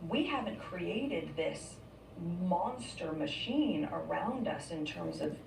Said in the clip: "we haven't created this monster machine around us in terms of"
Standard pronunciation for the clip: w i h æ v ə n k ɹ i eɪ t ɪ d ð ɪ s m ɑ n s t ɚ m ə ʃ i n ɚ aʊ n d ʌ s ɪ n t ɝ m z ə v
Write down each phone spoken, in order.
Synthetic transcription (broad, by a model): w i h æ v ə n k ɹ i eɪ t ɪ d ð ɪ s m ɑ n s t ɚ m ə ʃ i n ɚ aʊ n d ʌ s ɪ n t ɝ m z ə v